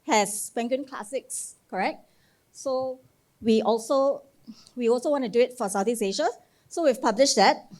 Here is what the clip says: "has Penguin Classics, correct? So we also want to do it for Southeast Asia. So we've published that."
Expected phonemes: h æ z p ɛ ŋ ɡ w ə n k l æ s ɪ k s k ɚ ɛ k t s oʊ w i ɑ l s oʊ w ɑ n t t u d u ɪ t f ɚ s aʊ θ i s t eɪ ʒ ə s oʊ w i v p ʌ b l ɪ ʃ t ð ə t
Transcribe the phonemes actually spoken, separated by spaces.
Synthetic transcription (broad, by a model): h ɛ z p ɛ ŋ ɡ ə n k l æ s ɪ k s k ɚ ɛ k t s oʊ w i ɑ l s oʊ w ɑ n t t u d u ɪ t f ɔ s aʊ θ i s eɪ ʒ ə s oʊ w i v p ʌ b l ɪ ʃ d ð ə t